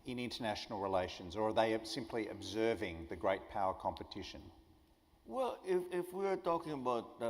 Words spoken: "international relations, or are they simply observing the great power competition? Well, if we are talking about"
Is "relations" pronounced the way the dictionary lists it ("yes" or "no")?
yes